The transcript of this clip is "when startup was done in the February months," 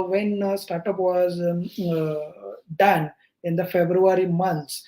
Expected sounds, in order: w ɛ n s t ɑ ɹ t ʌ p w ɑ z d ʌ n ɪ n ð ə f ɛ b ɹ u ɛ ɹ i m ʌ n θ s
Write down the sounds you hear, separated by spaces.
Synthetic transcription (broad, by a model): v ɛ n s t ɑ ɹ t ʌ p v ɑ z d ʌ n ɪ n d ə f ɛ b ɹ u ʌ ɹ i m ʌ n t s